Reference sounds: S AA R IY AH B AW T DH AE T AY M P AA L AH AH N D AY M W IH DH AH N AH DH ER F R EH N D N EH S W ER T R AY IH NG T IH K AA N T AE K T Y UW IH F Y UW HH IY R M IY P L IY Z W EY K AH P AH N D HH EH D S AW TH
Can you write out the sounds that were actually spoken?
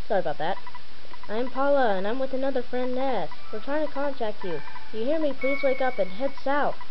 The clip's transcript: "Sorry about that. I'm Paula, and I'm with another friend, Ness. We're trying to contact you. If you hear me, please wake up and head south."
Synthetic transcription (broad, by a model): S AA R AH B AW T DH AE T AY M P AA L AH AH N AY M W IH DH AH N AH DH ER F R EH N N EH S W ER T R AY IH NG T IH K AA N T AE K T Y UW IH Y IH HH IY R M IY P L IY Z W EY K AH P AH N HH EH D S AW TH